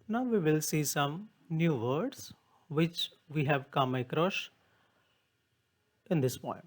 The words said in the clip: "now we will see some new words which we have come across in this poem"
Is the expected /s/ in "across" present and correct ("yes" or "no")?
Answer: no